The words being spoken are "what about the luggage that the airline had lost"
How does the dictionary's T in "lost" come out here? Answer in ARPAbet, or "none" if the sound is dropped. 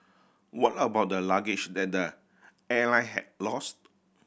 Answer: T